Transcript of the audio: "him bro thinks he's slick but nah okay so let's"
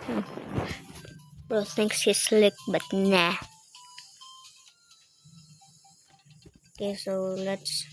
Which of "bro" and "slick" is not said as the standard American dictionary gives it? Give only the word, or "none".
bro